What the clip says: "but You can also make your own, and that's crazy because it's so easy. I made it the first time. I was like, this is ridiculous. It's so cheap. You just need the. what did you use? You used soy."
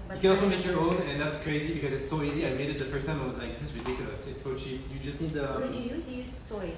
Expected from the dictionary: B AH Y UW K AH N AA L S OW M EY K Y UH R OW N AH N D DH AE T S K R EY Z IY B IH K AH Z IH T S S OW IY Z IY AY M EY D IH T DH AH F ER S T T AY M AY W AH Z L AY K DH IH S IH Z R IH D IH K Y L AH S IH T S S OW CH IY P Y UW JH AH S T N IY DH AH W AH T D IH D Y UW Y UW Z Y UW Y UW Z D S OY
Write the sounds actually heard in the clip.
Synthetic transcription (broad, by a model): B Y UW K AH N AA L S OW M EY K Y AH R OW N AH N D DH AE T S K R EY Z IY B IH K AH Z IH T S S OW IY Z IY AY M EY D IH T DH AH F ER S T T AY M AY W AH Z L AY K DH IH S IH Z R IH D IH K Y AH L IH S S OW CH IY Y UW JH AH S T N IY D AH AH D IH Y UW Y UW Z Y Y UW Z S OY